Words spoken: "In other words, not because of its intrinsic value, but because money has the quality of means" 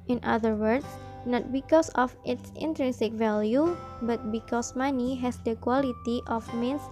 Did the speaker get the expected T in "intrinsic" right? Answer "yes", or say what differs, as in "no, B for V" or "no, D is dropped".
yes